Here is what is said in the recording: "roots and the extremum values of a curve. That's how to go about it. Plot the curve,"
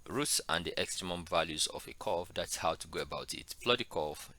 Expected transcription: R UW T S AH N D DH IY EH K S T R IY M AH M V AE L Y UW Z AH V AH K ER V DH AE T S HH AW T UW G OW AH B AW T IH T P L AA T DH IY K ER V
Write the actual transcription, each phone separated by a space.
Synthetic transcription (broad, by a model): R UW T S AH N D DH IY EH K S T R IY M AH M V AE L Y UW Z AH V AH K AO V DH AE T S HH AW T UW G OW AH B AW T IH T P L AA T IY K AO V